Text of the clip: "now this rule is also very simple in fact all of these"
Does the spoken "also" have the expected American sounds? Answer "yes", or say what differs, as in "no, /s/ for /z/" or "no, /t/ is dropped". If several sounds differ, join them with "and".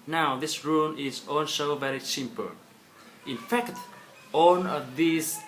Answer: no, /n/ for /l/